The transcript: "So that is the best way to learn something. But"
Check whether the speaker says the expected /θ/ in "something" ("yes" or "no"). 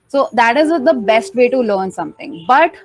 no